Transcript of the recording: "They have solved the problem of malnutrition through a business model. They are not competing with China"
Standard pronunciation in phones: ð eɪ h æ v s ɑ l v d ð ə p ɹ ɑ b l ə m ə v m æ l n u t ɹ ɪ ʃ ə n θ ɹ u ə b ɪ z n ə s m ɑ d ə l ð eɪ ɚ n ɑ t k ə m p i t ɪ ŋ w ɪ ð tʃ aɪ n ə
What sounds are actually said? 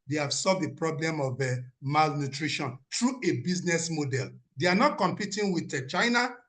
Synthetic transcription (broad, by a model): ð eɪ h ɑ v s ɑ l v d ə p ɹ ɑ b l ə m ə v m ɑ l n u t ɹ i ʃ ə n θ ɹ u ə b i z n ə s m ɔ d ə l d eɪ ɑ n ɑ t k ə m p i t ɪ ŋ w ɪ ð tʃ aɪ n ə